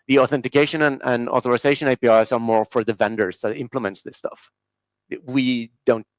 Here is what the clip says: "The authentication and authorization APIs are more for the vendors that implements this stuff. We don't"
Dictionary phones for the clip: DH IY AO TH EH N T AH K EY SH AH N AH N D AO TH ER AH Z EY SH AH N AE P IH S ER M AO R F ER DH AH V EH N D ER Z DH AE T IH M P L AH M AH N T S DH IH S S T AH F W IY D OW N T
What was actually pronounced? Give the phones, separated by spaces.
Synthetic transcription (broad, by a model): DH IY AO TH EH N T AH K EY SH AH N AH N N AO TH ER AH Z EY SH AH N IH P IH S ER M AO R F ER DH AH V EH N D ER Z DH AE T IH M P L AH M AH N T S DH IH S S T AH F W IY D OW N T